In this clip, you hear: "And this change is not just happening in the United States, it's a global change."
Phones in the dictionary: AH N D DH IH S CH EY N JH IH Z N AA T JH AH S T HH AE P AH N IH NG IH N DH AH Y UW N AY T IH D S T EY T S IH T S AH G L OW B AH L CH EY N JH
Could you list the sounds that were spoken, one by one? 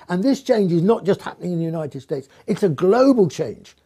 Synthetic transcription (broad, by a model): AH N DH IH S CH EY N JH IH Z N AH T JH AH S T HH AE P AH N IH NG IH N DH AH Y UW N AY T IH D S T EY T S IH T S AH G L OW B AH L CH EY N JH